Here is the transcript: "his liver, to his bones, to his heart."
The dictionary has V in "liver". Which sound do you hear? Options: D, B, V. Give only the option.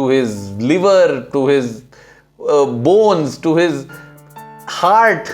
V